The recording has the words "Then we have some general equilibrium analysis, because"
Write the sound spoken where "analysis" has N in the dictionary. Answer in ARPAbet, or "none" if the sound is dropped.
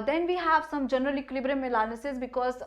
L